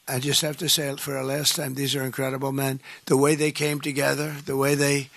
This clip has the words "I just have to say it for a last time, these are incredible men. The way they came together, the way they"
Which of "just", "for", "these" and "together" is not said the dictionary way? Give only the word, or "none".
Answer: none